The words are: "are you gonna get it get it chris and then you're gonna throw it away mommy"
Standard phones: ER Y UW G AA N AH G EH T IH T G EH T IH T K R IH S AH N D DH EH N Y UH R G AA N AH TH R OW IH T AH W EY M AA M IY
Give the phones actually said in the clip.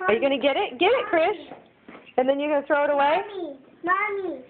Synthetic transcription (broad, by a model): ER Y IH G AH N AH G EH T IH T G EH T IH T K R IH SH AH N DH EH N Y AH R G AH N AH TH R OW IH T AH W EY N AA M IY